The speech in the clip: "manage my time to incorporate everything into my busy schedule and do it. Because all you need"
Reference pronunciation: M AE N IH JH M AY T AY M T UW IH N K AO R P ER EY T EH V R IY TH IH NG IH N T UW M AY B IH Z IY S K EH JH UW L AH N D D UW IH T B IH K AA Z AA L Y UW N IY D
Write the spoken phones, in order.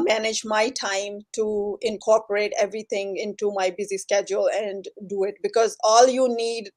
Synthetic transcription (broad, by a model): M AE N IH JH M AY T AY M T UW IH N K AO R P ER EY T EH V R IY T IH NG IH N T UW M AY B IH Z IY S K EH JH UW L AH N D D UW IH T B IH K AA Z AA L Y UW N IY D